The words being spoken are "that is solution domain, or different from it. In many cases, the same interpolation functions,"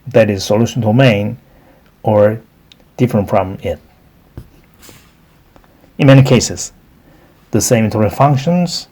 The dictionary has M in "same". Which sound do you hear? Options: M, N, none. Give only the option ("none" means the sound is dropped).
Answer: none